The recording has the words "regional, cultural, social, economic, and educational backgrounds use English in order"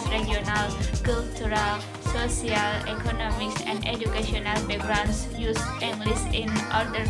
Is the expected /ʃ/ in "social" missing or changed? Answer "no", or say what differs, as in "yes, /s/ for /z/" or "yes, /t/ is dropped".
yes, /s/ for /ʃ/